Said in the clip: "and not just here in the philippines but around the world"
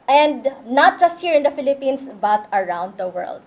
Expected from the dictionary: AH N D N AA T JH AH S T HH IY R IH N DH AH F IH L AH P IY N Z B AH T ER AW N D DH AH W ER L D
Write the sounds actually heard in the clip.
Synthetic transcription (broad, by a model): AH N D N AA T JH AH S T HH IY R IH N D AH F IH L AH P IY N S B AH T ER AW N D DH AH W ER L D